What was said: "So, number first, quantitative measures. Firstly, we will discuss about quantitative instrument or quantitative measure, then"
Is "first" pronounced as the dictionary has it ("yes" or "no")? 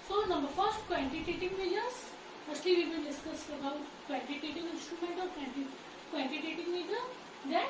yes